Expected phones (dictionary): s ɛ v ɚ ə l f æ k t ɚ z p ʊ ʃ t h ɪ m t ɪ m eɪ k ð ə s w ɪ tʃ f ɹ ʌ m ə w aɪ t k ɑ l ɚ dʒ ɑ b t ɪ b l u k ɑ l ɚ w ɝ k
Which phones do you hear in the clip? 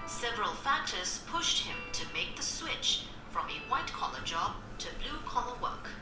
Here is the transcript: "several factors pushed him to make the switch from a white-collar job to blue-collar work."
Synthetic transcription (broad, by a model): s ɛ v ɚ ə l f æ k t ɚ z p ʊ ʃ t h ɪ m t ɪ m eɪ k ð ə s w ɪ tʃ f ɹ ʌ m ə w aɪ t k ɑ l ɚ dʒ ɑ b t ɪ b l u k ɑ l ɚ w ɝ k